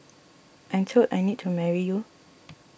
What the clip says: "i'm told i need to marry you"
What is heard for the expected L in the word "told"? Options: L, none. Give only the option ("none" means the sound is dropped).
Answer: none